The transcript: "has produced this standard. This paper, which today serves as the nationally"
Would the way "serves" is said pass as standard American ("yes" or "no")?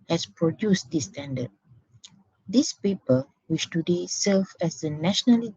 no